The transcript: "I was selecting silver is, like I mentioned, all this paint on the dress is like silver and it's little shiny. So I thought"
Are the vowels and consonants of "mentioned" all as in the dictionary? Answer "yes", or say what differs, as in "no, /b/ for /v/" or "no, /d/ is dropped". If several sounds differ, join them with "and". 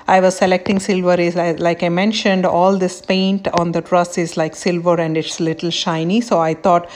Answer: yes